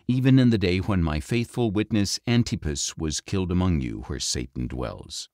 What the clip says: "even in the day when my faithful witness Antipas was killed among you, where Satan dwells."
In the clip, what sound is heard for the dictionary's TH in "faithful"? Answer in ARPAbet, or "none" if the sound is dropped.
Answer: TH